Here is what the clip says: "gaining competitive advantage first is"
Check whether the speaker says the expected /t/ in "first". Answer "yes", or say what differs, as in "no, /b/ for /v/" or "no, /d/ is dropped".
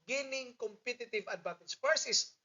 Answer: no, /t/ is dropped